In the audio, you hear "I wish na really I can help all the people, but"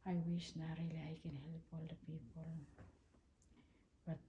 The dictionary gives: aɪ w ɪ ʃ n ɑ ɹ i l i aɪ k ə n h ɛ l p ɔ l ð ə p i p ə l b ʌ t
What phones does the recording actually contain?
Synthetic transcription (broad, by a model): aɪ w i s n ɑ ɹ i l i aɪ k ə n h ɛ l p ɔ l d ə p i p ə l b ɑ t